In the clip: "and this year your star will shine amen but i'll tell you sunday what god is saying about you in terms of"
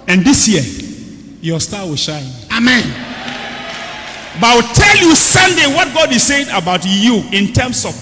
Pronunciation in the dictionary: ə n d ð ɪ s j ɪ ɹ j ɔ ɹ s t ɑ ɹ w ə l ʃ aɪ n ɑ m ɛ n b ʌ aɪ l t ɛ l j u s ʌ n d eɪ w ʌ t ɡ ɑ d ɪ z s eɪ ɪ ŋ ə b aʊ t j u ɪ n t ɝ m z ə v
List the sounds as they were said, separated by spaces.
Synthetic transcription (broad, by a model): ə n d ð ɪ s j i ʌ j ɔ s t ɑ w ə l ʃ aɪ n ɑ m ɛ n b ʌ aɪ w t ɛ l j u s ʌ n d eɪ w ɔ t ɡ ɑ d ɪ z s eɪ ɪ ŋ ə b aʊ t j u ɪ n t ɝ m s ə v